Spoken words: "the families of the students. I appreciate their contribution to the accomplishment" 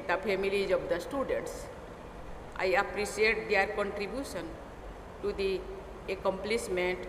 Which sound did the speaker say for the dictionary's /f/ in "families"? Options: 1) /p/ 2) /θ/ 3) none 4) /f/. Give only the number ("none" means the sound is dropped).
1